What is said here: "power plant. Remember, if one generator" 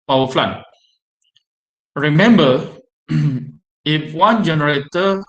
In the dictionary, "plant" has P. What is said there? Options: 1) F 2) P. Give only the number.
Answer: 1